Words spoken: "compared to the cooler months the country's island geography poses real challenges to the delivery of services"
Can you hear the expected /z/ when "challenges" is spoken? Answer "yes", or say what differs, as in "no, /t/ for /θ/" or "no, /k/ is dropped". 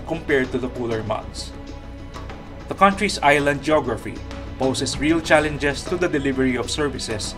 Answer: no, /s/ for /z/